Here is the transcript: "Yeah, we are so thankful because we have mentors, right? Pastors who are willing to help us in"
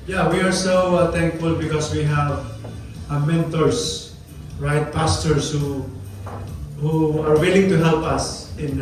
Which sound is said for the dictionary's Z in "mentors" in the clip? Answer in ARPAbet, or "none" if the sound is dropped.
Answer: S